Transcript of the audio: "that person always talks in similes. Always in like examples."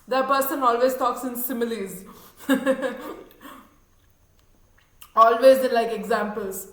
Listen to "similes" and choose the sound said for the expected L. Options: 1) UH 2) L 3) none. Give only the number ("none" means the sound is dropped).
2